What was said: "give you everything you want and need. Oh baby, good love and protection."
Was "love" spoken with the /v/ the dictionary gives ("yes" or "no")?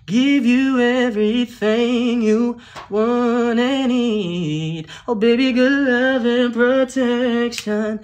yes